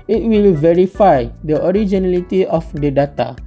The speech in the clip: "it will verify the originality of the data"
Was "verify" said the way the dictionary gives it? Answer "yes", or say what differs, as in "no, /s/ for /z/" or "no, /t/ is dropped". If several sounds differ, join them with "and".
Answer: yes